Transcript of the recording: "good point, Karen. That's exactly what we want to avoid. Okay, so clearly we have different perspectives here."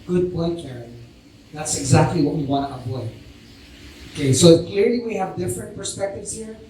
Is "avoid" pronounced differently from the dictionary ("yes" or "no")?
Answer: yes